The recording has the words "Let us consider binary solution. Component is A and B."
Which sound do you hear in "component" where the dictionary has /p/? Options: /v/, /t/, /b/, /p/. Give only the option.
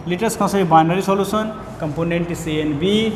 /p/